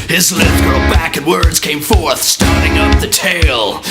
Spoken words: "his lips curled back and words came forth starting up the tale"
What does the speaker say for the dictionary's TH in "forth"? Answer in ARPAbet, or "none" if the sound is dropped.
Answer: TH